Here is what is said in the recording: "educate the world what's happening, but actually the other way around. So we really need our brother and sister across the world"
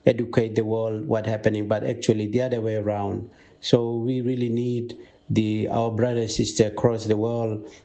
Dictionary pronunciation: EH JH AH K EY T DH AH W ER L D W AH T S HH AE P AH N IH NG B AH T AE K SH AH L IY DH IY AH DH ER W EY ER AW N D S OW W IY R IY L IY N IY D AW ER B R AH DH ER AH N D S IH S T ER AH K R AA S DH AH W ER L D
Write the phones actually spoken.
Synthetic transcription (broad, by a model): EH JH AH K EY T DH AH W ER L D W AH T HH AE P AH N IH NG B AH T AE K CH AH L IY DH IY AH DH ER W EY ER AW N D S OW W IY R IY L IY N IY D AW ER B R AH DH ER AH S IH S T ER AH K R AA S DH AH W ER L D